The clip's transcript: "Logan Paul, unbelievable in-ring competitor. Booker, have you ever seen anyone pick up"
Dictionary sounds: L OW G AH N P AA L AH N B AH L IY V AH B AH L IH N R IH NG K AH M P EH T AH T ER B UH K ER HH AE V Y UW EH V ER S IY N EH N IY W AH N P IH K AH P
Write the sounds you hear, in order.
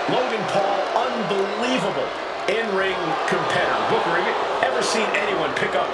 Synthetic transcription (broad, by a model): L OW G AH N P AA L AH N B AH L IY V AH B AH L IH N R IH NG K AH M P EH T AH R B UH K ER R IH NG EH V ER S IY N EH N IY W AH N P IH K AH P